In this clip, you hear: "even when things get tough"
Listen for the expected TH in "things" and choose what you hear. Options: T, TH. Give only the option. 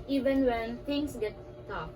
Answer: T